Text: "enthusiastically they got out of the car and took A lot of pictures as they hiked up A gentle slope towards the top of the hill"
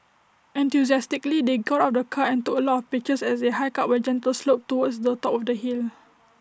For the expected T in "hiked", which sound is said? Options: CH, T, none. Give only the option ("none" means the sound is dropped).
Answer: none